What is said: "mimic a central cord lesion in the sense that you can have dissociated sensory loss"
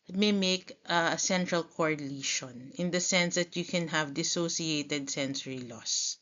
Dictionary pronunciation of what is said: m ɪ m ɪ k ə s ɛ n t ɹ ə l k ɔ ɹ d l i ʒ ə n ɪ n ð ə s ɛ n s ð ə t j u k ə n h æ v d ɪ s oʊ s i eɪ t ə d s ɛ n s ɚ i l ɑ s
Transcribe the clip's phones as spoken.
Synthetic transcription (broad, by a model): m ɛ m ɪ k ə s ɛ n t ɹ ə l k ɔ ɹ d l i ʃ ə n ɪ n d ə s ɛ n s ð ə t j u k ə n h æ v d ɪ s oʊ s i eɪ t ə d s ɛ n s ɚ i l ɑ s